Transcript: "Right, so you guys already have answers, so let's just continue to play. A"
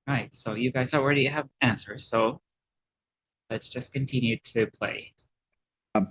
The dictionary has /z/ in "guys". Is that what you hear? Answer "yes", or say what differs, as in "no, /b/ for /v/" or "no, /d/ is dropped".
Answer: yes